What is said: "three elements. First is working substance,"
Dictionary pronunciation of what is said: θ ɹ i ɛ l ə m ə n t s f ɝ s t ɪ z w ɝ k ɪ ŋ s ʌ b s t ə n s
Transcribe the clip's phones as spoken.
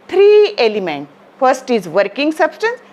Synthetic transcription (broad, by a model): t ɹ i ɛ l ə m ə n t f ɝ s t ɪ z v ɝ k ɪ ŋ s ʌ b s t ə n s